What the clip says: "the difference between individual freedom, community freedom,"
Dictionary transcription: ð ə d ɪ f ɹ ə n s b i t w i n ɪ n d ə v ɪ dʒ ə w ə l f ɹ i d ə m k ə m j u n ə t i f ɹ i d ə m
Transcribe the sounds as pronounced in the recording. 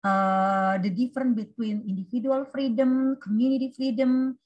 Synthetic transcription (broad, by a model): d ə d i f ɹ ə n b i t w i n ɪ n d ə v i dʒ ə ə l f ɹ i d ə m k ə m j u n ə t i f ɹ i d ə m